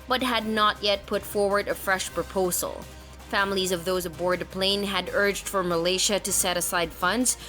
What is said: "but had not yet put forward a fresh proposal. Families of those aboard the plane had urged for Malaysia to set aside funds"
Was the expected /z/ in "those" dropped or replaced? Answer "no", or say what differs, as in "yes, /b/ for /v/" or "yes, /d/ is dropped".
no